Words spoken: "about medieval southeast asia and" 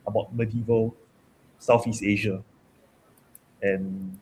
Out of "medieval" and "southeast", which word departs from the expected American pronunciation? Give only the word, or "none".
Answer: southeast